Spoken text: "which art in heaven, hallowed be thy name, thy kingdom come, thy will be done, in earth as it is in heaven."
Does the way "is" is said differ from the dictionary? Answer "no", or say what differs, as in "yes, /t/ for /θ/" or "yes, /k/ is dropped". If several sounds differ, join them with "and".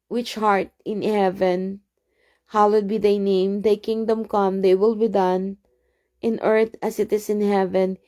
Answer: yes, /s/ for /z/